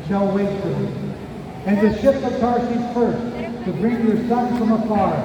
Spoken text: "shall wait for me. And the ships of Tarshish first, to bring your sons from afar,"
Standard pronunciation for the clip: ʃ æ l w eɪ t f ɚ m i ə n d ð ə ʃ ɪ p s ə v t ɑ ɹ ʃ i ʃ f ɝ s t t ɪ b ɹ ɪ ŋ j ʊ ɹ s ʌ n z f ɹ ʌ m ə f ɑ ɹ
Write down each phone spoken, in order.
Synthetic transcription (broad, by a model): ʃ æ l w eɪ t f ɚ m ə n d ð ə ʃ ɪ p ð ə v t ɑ ɹ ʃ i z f ɝ s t t ɪ b ɹ ɪ ŋ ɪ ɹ s ʌ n f ɹ ʌ m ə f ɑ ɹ